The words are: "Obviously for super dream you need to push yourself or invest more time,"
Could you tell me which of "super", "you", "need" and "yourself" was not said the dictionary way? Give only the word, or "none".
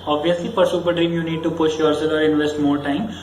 yourself